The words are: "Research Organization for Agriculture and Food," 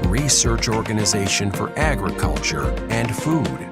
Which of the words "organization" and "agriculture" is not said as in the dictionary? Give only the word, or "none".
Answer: none